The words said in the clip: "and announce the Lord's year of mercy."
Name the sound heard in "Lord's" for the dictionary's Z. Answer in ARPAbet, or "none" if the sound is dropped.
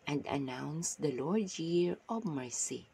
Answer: none